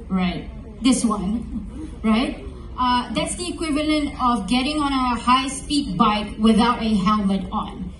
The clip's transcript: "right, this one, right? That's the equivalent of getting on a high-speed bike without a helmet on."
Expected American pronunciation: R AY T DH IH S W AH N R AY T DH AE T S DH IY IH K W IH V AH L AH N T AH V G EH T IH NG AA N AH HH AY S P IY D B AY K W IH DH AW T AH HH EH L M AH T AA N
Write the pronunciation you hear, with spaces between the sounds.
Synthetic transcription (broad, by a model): R AY T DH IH S W AH N R AY T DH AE T S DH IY IH K W IH V AH L AH N T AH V G EH T IH NG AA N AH HH AY S P IY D B AY K W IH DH AW T AH HH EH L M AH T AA N